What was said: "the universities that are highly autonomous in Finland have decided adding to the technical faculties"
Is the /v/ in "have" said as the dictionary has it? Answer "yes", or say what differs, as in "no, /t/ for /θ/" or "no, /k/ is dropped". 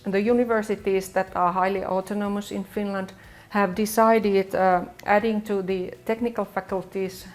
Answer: yes